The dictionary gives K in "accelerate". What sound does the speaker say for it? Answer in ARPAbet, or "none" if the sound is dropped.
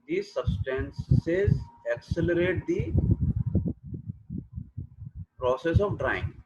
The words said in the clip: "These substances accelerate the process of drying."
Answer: K